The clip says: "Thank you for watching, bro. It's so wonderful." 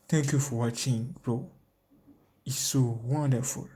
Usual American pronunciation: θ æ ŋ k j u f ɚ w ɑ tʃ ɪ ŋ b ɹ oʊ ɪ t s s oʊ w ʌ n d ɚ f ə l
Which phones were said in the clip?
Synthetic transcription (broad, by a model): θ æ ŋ k j u f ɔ w ɑ tʃ ɪ ŋ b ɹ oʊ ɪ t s s oʊ w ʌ n d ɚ f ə l